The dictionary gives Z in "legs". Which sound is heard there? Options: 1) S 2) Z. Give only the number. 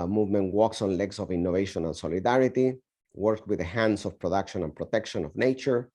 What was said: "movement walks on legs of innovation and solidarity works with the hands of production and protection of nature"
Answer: 1